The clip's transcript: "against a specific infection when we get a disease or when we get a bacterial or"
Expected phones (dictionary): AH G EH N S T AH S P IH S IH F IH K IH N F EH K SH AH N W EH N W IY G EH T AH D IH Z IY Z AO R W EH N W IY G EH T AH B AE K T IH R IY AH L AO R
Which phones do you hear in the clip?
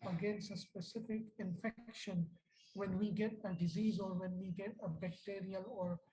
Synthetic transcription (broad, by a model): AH G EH N S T AH S P IH S IH F IH K IH N F EH K SH AH N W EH N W IY G EH T AH D IH Z IY Z AO R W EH N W IY G EH T AH B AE K T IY R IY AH L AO R